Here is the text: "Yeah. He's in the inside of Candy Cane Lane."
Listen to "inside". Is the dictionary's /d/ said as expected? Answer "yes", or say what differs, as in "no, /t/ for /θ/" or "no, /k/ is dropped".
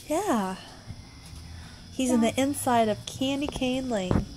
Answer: yes